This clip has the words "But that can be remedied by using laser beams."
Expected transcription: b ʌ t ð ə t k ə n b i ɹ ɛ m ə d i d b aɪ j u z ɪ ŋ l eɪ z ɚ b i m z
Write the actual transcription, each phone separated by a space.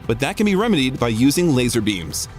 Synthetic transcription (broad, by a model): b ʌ t ð ə t k ə n b i ɹ ɛ m ə d i d b aɪ j u z ɪ ŋ l eɪ z ɚ b i m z